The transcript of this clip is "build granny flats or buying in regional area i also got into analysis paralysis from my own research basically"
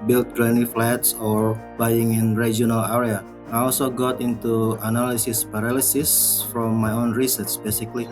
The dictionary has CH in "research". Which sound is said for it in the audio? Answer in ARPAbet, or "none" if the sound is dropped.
S